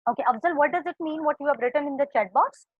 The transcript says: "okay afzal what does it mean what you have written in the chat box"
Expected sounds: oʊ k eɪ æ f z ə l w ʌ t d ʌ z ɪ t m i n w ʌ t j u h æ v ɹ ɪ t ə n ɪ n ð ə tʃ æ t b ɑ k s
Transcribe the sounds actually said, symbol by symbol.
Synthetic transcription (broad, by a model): oʊ k eɪ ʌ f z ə l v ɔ t d ʌ z ɪ t m i n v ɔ t j u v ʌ b ɹ ɪ t ə n ɪ n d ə tʃ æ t b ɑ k s